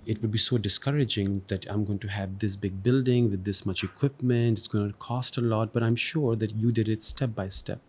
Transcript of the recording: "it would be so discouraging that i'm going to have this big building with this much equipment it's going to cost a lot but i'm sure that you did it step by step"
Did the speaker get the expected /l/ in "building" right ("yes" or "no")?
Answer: yes